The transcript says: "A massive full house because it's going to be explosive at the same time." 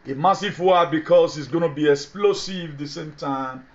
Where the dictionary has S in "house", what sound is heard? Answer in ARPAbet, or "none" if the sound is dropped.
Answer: none